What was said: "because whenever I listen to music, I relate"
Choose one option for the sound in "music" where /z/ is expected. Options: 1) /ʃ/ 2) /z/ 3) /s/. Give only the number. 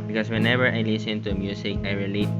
3